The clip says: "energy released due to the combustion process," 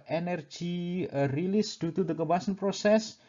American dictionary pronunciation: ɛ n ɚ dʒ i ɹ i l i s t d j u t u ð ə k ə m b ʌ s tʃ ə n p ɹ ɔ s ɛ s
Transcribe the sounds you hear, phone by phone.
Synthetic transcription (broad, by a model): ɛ n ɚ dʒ i ɹ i l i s d j u t u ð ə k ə b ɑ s ə n p ɹ ɔ s ɛ s